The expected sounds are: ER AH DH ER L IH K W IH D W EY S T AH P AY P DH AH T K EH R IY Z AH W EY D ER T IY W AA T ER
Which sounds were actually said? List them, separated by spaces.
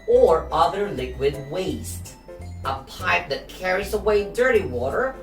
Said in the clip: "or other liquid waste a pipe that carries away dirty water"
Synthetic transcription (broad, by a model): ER AH DH ER L IH K W IH D W EY S T AH P AY P DH AH T K EH R IY Z AH W EY D ER T IY W AA T ER